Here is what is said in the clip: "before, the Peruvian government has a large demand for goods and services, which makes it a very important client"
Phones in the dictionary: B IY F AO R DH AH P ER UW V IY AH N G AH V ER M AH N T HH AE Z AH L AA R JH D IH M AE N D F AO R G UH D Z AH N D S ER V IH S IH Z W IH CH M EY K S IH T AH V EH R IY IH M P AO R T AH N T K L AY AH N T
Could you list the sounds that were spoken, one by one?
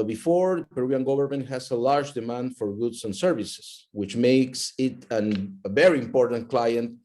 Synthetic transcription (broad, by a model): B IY F AO R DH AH P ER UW IY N G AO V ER M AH N T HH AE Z AH L AA R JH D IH M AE N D F AO R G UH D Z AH N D S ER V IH S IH S W IH CH M EY K S IH T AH V EH R IY IH M P AO R T AH N T K L AY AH N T